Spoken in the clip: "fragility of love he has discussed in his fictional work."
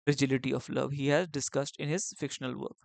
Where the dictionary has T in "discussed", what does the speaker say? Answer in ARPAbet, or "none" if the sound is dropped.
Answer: T